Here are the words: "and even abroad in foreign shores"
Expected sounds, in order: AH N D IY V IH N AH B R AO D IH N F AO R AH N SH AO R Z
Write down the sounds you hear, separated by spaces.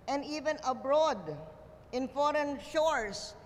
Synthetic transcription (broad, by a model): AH N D IY V IH N AH B R AO D IH N F AO R AH N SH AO R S